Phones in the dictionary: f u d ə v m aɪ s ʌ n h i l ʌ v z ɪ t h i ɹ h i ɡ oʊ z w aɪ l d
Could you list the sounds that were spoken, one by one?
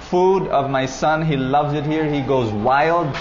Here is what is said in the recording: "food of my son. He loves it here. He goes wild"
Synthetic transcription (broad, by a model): f u d ə v m aɪ s ʌ n h i l ʌ v z ɪ t h i ɹ h i ɡ oʊ z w aɪ l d